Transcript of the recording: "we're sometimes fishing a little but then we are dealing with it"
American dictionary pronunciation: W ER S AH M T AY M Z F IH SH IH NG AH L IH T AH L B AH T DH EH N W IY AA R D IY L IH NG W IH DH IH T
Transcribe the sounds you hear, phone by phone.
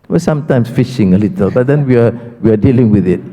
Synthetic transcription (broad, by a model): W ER S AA M T AY M S F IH SH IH NG AH L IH T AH L B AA T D EH N W IY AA W D IY L IH NG W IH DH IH T